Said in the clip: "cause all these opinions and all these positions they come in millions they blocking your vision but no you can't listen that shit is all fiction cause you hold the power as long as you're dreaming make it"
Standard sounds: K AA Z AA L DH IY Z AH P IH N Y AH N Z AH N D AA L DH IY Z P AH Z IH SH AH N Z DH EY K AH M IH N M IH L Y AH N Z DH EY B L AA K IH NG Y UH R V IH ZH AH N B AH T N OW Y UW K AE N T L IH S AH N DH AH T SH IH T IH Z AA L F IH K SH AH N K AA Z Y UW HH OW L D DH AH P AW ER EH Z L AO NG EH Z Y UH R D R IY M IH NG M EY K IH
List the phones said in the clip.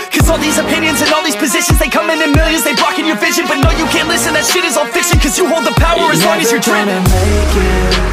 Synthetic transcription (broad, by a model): K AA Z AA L DH IY Z AH P IH N Y AH N Z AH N AA L DH IY Z P AH Z IH SH AH N Z DH EY K AH M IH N M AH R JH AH Z DH EY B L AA K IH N Y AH R V IH ZH AH N B AH T N OW Y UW K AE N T L IH S AH N DH AH T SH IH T IH Z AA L F IH K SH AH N K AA Z Y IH HH OW L D DH AH P AW ER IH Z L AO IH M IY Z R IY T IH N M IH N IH